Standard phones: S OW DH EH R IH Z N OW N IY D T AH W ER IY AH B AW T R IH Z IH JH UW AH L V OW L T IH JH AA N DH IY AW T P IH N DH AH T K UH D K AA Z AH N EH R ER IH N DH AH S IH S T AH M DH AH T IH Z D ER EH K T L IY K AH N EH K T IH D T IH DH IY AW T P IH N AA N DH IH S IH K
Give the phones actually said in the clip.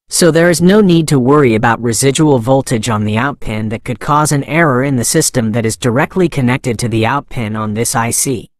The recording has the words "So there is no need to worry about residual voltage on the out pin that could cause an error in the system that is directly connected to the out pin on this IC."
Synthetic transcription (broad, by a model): S OW DH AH R IH Z N OW N IY D T AH W ER IY AH B AW T R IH Z IH JH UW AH L V OW L T IH JH N DH IY AW T P IH N DH AH T K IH D K AA Z AH N EH R ER IH N DH AH S IH S T AH M DH AH T IH Z D ER EH K T L IY K AH N EH K T IH D T IH DH IY AW T P IH N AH N DH IH S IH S